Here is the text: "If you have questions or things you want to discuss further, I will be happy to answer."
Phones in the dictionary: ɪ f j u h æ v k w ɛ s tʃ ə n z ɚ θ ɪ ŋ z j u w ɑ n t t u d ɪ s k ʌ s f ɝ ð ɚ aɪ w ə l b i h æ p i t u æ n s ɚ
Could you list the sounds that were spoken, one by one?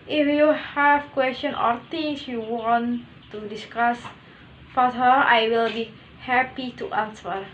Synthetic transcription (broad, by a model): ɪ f j u h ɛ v k w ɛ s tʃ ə n ɔ t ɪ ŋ s j u w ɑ n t t u d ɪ s k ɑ s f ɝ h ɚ aɪ w ə l b i h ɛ p i t u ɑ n s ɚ